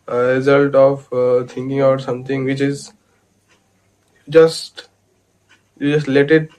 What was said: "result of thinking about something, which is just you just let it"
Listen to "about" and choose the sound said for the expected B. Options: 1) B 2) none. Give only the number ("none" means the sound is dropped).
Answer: 2